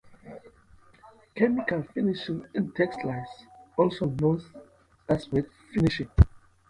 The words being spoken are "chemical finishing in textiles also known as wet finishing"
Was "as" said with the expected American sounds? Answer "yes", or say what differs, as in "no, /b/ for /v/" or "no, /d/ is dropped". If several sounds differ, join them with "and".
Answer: no, /s/ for /z/